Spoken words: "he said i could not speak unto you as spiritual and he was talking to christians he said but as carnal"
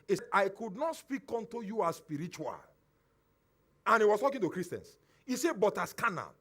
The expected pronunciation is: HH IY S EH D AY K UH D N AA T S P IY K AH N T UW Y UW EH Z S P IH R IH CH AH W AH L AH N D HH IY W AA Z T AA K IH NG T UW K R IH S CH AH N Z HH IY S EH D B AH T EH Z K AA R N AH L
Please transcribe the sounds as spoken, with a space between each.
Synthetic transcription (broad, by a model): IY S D AY K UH D N AA T S P IY K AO N T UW Y UW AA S S P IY R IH CH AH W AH L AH N HH IY W AA S T AA K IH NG T UW K R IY S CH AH N S HH IY S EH B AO T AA S K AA N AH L